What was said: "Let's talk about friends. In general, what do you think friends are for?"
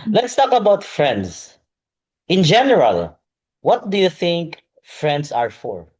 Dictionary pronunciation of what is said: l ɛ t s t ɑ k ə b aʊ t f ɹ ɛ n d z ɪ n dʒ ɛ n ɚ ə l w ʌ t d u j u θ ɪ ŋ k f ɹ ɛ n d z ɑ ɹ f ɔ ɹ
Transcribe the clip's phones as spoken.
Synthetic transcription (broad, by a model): l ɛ t s t ɑ k ə b aʊ t f ɹ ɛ n d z ɪ n dʒ ɛ n ɚ ə l w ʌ t d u j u θ ɪ ŋ k f ɹ ɛ n d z ɑ ɹ f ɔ ɹ